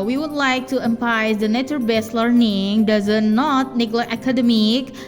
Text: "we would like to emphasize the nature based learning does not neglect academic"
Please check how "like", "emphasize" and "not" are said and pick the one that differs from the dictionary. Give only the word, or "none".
emphasize